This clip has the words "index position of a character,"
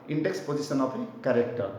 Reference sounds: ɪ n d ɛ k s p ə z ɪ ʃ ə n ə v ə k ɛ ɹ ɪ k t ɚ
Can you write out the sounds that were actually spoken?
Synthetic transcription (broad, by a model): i n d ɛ k s p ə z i s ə n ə p ə k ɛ ɹ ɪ k t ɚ